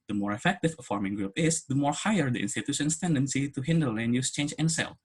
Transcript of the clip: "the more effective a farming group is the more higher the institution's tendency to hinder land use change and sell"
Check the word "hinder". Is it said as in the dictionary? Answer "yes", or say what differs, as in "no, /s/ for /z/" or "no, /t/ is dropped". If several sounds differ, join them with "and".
yes